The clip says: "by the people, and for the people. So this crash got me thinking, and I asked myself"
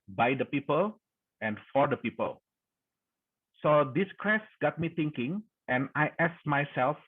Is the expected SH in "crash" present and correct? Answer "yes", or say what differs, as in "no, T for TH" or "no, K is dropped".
no, S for SH